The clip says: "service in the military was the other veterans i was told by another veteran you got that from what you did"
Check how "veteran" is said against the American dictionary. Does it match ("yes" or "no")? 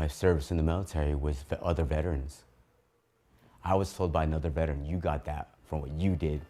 yes